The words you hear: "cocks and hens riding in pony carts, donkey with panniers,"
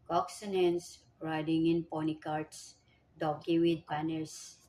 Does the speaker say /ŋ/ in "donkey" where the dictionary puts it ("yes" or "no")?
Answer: no